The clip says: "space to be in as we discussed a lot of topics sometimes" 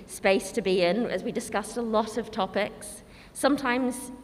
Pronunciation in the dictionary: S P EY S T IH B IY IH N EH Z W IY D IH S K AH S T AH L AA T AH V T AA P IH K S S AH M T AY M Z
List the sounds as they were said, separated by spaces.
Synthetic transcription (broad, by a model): S P EY S T IH B IY IH N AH Z W IY D IH S K AH S T AH L AA T AH V T AA P IH K S S AH M T AY M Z